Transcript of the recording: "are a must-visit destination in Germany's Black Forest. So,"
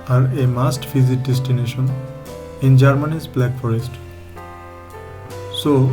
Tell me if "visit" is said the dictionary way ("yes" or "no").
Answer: no